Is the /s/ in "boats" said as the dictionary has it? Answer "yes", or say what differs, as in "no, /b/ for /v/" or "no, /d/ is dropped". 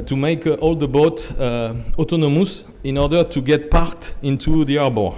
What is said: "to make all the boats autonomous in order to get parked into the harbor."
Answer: no, /s/ is dropped